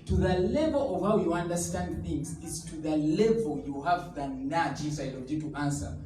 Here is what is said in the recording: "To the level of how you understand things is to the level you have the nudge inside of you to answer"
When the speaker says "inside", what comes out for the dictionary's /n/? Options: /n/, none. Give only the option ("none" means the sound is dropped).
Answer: none